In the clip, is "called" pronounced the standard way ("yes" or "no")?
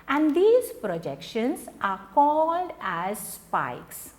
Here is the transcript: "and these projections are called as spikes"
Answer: yes